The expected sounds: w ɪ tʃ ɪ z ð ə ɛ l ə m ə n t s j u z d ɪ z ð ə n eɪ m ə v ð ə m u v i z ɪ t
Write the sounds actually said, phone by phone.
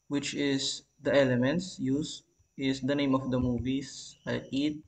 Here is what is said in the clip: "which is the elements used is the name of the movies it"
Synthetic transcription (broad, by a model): w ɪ tʃ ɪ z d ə ɛ l ə m ə n t s j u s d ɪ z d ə n eɪ m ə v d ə m u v i s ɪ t